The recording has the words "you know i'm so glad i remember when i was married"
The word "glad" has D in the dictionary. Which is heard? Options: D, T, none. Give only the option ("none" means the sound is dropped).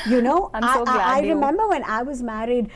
none